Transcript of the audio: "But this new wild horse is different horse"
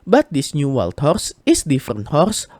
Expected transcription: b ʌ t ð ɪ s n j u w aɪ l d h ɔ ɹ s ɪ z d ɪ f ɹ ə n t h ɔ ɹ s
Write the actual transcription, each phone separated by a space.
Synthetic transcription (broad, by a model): b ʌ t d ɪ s n j u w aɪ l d h ɔ ɹ s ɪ s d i f ə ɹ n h ɔ ɹ s